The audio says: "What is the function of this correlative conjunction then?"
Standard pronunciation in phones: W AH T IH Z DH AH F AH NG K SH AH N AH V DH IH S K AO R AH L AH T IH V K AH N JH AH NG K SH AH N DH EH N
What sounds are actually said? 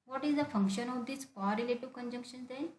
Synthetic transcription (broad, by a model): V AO T IH Z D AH F AH NG K SH AH N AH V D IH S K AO R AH L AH T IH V K AH N JH AH NG K SH AH N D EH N